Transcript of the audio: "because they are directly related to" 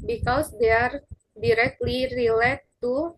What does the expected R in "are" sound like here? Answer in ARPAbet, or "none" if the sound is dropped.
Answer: R